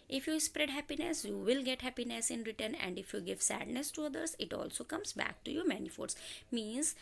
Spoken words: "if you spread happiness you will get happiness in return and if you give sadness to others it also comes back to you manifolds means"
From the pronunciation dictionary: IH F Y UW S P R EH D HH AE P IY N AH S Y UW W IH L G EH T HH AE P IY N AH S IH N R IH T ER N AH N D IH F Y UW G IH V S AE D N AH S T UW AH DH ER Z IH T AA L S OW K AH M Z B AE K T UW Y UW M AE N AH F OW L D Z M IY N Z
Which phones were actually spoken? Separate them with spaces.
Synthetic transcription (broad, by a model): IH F Y UW S P R EH D HH AE P IY N AH S Y UW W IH L G EH T HH AE P IY N AH S IH N R IH T ER N AH N D IH F Y UW G IH V S AE D N AH S T UW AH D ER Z IH T AA L S OW K AH M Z B AE K T UW Y UW M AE N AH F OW D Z M IY N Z